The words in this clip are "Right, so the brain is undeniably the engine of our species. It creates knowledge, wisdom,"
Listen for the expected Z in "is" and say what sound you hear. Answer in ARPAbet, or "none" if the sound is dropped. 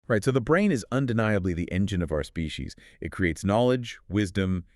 Z